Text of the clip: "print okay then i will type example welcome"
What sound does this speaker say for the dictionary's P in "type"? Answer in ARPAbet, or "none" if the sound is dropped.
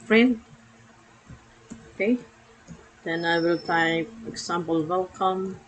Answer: F